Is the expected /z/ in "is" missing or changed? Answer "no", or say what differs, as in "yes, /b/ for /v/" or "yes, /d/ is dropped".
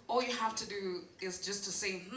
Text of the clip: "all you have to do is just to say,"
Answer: no